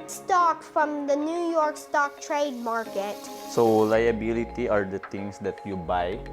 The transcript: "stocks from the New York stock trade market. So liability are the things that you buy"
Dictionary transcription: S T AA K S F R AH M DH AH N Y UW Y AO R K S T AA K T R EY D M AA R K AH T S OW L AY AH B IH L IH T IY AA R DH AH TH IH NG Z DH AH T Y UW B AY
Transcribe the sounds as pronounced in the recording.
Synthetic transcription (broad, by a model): S T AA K F R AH M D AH N Y UW Y AO R K S T AA K T R EY D M AA R K AH T S OW L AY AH B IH L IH T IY AA R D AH T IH NG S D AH T Y UW B AY